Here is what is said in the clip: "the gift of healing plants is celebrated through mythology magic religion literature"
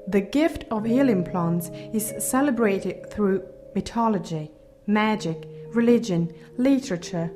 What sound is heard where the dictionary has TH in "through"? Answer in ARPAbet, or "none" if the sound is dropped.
TH